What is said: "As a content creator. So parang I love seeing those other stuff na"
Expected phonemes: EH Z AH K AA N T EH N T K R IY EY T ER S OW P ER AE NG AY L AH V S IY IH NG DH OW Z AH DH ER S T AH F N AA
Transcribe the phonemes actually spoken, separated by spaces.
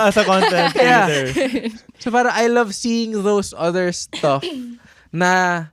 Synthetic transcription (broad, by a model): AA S AH K AA N T EH N T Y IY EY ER S OW P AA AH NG AY L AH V S IY IH NG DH OW S AH DH ER S T AH F N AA